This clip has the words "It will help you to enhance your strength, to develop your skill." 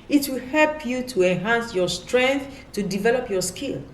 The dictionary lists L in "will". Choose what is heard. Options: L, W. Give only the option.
L